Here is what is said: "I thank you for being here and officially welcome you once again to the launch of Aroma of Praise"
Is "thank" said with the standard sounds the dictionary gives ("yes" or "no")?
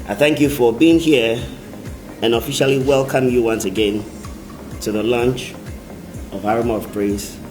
yes